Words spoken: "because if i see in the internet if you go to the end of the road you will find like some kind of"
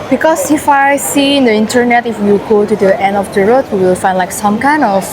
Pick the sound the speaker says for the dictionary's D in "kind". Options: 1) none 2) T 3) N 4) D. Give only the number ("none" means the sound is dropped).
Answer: 1